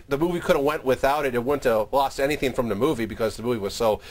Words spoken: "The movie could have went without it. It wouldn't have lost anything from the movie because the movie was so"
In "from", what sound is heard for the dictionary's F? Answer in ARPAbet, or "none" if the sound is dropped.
F